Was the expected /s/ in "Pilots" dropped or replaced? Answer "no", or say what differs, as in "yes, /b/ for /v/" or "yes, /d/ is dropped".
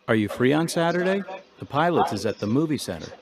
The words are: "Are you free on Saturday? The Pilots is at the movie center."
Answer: yes, /s/ is dropped